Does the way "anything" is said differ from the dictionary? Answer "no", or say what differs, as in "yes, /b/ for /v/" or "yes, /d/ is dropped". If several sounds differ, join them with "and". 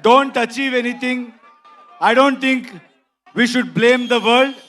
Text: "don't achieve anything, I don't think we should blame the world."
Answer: yes, /t/ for /θ/